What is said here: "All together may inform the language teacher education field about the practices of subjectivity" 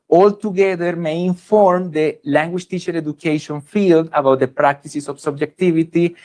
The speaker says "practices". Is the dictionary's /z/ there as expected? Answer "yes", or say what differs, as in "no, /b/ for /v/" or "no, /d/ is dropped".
no, /s/ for /z/